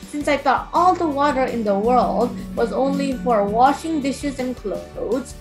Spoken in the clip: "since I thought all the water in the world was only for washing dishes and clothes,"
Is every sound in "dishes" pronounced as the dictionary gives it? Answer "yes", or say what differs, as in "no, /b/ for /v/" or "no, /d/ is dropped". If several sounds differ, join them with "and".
yes